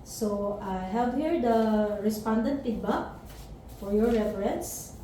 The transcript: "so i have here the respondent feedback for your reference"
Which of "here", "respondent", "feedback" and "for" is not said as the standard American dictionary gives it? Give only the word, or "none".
feedback